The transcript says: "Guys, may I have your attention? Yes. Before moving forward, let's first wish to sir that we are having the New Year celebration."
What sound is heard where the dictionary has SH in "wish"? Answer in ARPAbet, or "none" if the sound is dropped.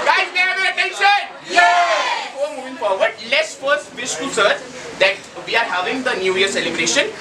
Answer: S